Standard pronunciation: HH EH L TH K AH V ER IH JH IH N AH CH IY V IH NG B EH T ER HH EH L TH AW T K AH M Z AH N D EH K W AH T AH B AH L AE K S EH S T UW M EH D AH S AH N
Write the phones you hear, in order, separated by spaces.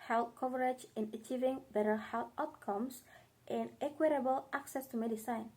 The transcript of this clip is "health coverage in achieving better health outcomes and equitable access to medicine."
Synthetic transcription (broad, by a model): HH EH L K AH V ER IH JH IH N AH CH IY V IH NG B EH T ER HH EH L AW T K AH M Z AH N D EH K W AH T AH B AH L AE K S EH S T UW M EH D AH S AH N